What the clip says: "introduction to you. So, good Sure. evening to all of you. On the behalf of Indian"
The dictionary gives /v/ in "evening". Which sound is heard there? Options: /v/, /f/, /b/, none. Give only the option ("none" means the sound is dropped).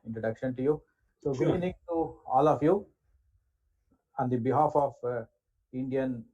none